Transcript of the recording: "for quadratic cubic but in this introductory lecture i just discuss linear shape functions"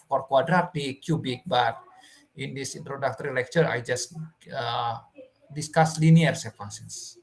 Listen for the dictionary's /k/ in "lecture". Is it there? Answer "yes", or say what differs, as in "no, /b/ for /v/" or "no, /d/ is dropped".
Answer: yes